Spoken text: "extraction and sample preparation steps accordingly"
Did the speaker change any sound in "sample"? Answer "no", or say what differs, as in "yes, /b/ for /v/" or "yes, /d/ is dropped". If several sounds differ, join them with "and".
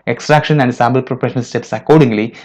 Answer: yes, /b/ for /p/